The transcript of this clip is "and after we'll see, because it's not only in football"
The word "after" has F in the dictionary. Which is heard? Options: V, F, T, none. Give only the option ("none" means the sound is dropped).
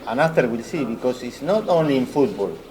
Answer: none